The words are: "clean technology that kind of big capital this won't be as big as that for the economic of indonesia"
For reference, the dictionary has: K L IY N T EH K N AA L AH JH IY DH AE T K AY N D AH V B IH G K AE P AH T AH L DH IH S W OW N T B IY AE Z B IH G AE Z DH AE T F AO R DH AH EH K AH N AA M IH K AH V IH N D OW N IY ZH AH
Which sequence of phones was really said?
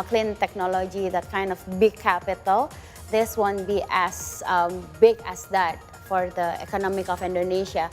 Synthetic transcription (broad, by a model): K L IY N T EH K N AA L AH JH IY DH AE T K AY N D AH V B IH G K AE P AH T AH L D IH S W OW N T B IY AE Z B IH G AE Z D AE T F AO R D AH EH K AH N AA M IH K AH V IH N D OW N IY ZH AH